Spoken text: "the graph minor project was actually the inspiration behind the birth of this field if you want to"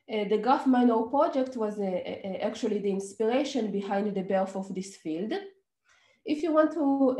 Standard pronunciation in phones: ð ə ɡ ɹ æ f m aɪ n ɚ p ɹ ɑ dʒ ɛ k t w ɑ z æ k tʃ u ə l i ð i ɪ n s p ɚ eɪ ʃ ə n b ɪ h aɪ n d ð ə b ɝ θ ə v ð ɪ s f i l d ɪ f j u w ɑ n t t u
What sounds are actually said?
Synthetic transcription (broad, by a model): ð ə ɡ ɑ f m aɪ n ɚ p ɹ ɑ dʒ ɛ k t w ɑ z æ k tʃ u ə l i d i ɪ n s p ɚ eɪ ʃ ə n b ɪ h aɪ n d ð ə b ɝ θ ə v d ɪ s f i l d ɪ f j u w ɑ n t t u